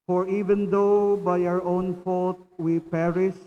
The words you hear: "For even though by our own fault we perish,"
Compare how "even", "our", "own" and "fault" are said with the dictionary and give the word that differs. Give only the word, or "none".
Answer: none